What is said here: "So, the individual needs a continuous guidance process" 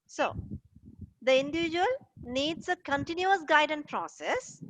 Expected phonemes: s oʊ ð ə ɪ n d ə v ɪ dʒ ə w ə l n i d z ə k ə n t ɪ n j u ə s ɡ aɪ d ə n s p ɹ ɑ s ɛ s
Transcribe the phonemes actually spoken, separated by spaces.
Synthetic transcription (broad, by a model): s oʊ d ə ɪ n d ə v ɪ dʒ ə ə l n i d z ə k ə n t ɪ n j u ə s ɡ aɪ d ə n p ɹ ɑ s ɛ s